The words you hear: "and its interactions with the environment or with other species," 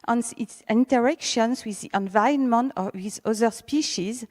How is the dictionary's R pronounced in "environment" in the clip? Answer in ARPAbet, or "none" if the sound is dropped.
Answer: none